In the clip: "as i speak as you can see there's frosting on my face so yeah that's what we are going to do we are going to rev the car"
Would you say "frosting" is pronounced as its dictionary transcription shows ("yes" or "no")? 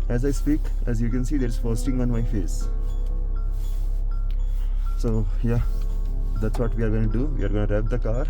no